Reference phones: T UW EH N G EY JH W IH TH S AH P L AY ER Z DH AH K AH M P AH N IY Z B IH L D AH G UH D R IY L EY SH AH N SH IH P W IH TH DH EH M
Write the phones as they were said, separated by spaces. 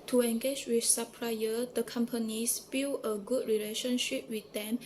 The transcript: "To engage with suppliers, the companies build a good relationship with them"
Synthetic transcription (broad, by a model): T UW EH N G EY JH W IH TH S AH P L AY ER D AH K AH M P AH N IY S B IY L AH G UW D R IY L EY SH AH N SH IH P W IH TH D EH M